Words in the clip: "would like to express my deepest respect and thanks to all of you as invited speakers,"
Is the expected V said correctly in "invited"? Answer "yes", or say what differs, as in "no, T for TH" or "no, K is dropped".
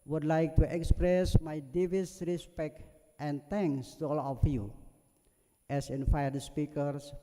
no, F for V